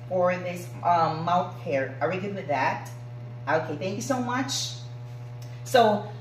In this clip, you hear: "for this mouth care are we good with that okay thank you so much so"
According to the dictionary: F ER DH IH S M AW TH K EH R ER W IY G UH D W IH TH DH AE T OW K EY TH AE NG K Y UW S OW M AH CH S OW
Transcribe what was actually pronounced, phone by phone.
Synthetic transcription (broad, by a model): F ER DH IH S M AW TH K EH R ER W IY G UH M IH DH AE T OW K EY TH AE NG K Y UW S OW M AH CH S OW